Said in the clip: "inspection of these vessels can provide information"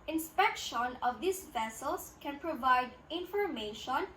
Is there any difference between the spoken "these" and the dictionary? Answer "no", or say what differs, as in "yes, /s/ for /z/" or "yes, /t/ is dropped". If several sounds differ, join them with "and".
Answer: yes, /s/ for /z/